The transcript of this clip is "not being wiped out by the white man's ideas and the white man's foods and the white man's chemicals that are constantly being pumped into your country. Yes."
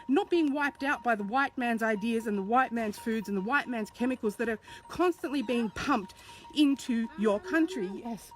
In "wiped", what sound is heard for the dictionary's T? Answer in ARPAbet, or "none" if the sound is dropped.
T